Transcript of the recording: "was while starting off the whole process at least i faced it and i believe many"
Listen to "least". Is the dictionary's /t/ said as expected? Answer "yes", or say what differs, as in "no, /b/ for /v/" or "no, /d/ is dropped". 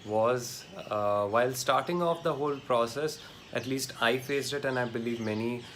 yes